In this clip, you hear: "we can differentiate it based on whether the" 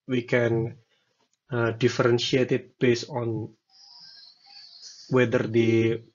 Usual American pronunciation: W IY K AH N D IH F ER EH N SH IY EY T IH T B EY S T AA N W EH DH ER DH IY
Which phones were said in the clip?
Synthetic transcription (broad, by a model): W IY K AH N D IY F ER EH N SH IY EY T IH T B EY S AA N W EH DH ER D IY